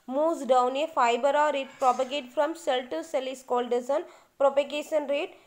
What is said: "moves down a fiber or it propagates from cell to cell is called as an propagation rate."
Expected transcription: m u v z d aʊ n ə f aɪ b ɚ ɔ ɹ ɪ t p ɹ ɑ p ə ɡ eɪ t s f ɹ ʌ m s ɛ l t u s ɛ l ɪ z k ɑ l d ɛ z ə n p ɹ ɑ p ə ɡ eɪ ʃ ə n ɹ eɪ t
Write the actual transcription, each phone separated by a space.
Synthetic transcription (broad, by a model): m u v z d aʊ n ə f aɪ b ɚ ɔ ɹ ɪ t p ɹ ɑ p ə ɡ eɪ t f ɹ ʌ m s ɛ l t u s ɛ l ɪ s k ɑ l d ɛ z ə n p ɹ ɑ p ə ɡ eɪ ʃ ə n ɹ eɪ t